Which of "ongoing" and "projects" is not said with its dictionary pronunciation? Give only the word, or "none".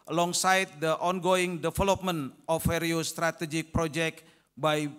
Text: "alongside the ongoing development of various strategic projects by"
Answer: projects